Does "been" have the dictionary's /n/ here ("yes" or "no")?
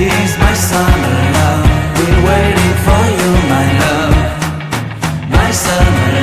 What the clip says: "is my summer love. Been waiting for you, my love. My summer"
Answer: no